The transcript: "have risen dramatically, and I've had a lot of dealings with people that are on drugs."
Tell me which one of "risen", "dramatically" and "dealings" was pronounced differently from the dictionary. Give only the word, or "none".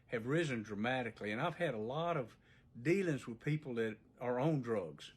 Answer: none